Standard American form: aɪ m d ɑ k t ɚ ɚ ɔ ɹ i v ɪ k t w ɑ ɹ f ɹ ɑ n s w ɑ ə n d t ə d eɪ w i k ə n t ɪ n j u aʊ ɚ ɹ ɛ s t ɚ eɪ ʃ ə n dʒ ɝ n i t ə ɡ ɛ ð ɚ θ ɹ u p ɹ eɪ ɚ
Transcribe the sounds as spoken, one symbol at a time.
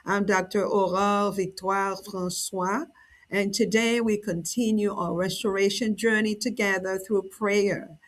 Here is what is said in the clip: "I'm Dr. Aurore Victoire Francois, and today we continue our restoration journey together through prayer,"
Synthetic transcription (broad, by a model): aɪ m d ɑ k t ɚ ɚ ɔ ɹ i v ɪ k t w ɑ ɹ f ɹ ɑ n s w ɑ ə n t ə d eɪ w i k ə n t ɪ n j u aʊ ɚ ɹ ɛ s t ɚ eɪ ʃ ə n dʒ ɝ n i t ə ɡ ɛ ð ɚ θ ɹ u p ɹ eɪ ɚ